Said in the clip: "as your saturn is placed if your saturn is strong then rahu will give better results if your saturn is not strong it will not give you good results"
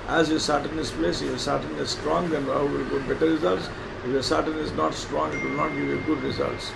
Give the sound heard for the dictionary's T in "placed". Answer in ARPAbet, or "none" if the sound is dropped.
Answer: none